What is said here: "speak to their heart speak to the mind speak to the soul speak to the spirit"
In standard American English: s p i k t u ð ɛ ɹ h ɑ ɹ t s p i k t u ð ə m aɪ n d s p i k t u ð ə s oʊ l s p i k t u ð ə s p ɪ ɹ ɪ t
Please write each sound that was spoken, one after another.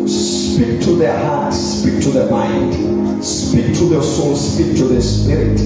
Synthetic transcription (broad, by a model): s p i k t u ð ɛ ɹ h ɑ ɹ t s p i k t u ð ə m aɪ n d s p i k t u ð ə s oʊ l s p i k t u ð ə s p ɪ ɹ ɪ t